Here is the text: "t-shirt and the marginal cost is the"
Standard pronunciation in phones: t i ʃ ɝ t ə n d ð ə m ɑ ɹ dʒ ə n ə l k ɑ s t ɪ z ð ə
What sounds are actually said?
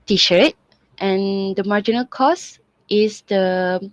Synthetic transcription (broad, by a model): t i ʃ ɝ t ə n d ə m ɑ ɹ dʒ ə n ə l k ɑ s t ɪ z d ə